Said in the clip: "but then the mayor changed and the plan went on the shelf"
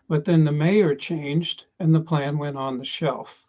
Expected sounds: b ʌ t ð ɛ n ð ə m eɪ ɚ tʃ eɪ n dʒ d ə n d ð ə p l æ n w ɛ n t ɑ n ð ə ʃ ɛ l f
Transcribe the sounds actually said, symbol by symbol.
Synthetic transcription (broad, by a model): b ʌ t ð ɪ n ð ə m eɪ ɚ tʃ eɪ n dʒ d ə n ð ə p l æ n w ɛ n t n ð ə ʃ ɛ l f